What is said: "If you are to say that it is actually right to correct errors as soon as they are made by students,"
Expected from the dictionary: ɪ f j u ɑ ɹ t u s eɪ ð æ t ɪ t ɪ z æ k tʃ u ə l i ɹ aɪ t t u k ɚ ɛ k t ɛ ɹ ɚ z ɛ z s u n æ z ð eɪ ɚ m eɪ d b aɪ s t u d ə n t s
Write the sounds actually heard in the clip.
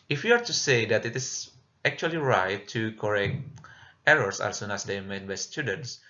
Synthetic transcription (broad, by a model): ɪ f j u ɑ ɹ t u s eɪ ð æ t ɪ t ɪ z æ k tʃ u ə l i ɹ aɪ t t u k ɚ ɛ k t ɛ ɹ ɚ s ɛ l s u n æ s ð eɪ m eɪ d b aɪ s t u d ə n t s